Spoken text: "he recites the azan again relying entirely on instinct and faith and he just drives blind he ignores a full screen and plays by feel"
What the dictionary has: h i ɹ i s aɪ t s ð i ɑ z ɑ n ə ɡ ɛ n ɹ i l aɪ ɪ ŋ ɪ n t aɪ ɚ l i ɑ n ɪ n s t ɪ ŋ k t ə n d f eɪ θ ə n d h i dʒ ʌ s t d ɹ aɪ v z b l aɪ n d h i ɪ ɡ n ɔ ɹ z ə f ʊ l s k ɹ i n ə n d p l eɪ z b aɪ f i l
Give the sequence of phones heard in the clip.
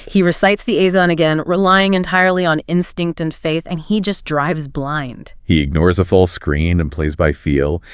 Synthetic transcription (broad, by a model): h i ɹ i s aɪ t s ð i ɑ z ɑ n ə ɡ ɛ n ɹ i l aɪ ɪ ŋ ɪ n t aɪ ɚ l i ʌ n ɪ n s t ɪ ŋ k t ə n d f eɪ θ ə n i dʒ ʌ s d ɹ aɪ v z b l aɪ n d h i ɪ ɡ n ɔ ɹ z ə f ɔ l s k ɹ i n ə n p l eɪ z b aɪ f i l